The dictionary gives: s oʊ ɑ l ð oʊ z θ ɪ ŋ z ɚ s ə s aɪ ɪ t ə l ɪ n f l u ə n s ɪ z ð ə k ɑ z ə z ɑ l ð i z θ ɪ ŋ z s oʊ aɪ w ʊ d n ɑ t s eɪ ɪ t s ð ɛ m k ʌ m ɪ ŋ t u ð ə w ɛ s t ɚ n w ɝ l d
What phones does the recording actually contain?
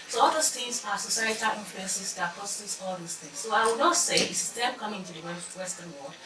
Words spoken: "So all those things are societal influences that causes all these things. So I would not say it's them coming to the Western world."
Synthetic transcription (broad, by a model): s oʊ ɑ l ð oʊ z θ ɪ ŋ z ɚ s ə s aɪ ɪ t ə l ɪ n f l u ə n s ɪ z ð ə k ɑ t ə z ɑ l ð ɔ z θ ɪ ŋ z s oʊ aɪ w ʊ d n ɑ t s eɪ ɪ s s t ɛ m k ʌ m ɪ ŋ t u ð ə w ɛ s t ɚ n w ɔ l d